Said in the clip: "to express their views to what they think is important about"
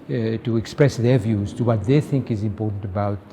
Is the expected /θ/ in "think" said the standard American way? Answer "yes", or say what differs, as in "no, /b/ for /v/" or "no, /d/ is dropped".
yes